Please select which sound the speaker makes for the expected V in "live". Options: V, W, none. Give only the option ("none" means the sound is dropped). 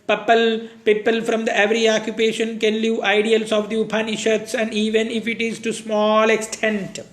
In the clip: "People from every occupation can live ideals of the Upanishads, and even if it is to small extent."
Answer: none